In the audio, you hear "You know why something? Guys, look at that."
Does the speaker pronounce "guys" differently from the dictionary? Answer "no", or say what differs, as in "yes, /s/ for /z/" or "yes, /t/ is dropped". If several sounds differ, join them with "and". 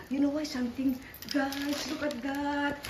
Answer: yes, /s/ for /z/